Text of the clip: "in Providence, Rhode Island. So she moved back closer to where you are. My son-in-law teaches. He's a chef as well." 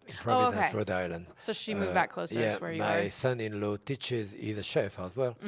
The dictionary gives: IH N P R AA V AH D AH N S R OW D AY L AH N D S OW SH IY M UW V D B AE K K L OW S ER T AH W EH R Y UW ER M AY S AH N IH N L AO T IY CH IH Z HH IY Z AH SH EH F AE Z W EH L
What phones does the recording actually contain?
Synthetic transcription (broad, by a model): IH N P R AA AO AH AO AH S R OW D AY L AH N D S OW SH IY M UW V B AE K K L OW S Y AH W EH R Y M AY S AH N IH N L AO T IY CH IH Z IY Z AH SH EH F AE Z W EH L